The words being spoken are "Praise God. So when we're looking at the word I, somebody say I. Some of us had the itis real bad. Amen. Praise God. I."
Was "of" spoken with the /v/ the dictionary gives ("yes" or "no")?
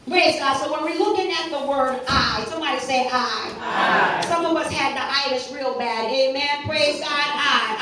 no